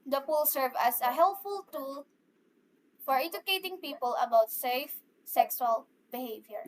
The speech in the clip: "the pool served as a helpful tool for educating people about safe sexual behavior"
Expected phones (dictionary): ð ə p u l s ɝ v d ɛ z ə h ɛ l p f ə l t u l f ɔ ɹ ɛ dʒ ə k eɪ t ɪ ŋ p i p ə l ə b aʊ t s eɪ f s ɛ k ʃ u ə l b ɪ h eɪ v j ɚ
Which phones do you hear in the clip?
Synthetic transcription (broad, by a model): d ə p u l s ɝ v ʌ s ə h ɛ l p f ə l t u l f ɔ ɹ ɛ dʒ ə k eɪ t ɪ ŋ p i p ə l ə b aʊ t s eɪ f s ɛ k s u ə l b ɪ h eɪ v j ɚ